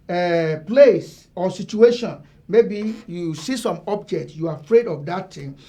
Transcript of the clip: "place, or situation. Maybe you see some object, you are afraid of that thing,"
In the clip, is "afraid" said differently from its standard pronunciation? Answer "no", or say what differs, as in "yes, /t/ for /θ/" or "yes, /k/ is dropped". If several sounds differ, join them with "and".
no